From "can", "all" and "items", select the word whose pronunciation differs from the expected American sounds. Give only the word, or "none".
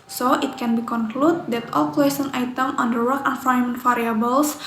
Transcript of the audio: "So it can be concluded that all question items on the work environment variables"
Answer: items